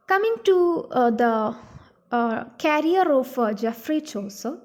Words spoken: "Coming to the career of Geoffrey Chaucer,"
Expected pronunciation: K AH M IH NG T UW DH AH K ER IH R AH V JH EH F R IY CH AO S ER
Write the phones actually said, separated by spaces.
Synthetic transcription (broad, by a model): K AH M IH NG T UW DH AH K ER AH R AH F JH EH F R IY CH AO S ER